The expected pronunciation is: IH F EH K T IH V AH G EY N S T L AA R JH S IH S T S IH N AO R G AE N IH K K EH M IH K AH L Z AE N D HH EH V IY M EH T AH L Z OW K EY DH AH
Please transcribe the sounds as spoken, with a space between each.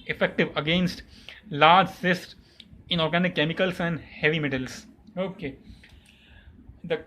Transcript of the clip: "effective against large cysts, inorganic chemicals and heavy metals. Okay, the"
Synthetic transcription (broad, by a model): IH F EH K T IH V AH G EY N S T L AA R JH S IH S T IH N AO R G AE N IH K K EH M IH K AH L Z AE N D HH EH V IY M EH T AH L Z OW K EY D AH